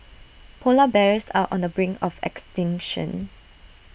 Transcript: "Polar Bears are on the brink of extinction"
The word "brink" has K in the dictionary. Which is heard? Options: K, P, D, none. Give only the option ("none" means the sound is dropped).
none